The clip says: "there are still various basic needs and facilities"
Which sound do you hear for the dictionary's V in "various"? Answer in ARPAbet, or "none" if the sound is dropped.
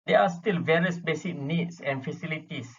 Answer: V